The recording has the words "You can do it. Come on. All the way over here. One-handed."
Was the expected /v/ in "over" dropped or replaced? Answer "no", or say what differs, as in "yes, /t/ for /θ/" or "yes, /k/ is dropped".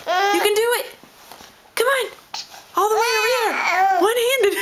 yes, /v/ is dropped